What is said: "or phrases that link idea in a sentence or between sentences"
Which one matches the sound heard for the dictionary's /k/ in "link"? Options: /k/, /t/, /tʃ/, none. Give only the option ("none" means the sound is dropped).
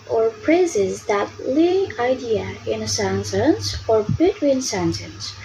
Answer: none